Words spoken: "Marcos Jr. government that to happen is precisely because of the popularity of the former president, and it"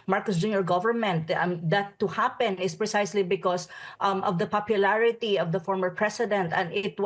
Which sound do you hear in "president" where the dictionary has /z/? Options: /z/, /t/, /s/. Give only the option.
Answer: /s/